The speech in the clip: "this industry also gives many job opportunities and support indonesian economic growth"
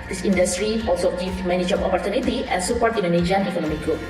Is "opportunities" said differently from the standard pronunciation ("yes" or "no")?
yes